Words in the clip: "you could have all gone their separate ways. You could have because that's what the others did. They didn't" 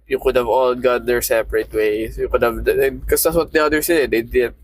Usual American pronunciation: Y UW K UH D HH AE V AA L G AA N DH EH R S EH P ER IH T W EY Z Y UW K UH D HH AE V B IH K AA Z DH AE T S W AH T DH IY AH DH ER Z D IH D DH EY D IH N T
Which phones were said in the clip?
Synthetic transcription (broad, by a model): Y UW K UH D HH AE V AA L G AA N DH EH R S EH P ER IH T W EY S Y UW K UH D HH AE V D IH K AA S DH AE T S W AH T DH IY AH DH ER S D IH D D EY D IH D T